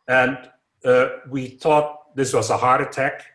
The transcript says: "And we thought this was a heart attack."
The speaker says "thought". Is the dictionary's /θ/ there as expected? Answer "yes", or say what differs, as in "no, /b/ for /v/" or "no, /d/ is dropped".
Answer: yes